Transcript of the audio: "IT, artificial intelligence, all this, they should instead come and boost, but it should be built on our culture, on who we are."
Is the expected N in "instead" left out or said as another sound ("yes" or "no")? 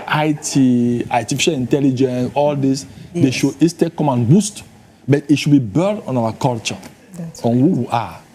yes